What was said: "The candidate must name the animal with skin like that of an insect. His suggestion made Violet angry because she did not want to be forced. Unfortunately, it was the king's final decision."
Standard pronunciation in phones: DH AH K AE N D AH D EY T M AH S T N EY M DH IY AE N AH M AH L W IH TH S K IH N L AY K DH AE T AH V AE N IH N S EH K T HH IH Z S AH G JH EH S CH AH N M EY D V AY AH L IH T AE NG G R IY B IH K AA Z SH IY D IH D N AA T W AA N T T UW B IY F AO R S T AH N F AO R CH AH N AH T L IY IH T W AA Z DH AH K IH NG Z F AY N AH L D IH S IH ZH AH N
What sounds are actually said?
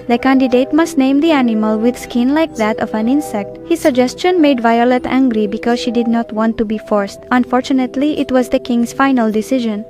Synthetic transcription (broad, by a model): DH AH K AE N D AH D EY T M AH S T N EY M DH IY AE N AH M AH L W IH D S K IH N L AY K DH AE T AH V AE N IH N S EH K T HH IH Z S AH G JH EH S CH AH N M EY D V AY AH L IH T AE NG G R IY B IH K AA Z SH IY D IH D N AA T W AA N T T UW B IY F AO R S T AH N F AO R CH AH N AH T L IY IH T W AA Z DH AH K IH NG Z F AY N AH L D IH S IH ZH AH N